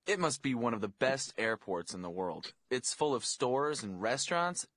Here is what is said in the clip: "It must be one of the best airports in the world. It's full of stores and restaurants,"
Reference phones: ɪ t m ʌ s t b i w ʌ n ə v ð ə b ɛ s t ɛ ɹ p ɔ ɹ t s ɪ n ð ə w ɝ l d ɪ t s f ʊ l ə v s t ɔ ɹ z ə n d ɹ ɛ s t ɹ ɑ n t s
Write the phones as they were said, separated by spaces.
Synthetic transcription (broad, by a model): ɪ t m ʌ s t b i w ʌ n ə v ð ə b ɛ s t ɛ ɹ p ɔ ɹ t s ɪ n ð ə w ɝ l d ɪ t s f ʊ l ə v s t ɔ ɹ z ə n ɹ ɛ s t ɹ ɑ n t s